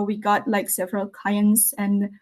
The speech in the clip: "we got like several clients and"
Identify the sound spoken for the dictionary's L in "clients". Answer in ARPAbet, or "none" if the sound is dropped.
none